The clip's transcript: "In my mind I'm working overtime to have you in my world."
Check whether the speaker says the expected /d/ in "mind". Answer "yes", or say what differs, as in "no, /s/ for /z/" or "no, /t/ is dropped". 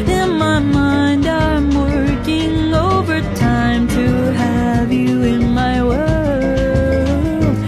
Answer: yes